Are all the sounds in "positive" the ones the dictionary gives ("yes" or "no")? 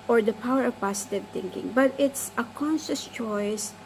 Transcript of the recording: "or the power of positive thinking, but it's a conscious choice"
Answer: no